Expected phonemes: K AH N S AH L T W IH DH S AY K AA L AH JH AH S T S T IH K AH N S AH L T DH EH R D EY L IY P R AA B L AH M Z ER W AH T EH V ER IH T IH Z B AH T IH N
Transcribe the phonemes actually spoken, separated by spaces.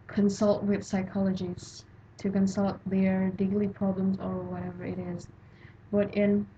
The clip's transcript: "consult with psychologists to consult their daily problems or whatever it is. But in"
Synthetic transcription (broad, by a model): K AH N S AH L T W IH DH S AY K AA L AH JH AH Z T T IH K AH N S AH L T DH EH R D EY L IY P R AA B L AH M Z ER W AH T EH V ER IH T IH Z B AH T IH N